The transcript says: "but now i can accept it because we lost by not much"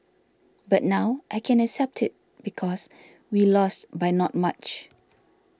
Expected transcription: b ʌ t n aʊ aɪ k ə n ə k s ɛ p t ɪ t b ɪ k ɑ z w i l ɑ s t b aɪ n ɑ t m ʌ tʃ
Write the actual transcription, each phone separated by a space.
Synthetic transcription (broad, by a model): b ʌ t n aʊ aɪ k ə n ə k s ɛ p t ɪ t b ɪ k ɑ s w i l ɑ s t b aɪ n ɑ t m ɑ tʃ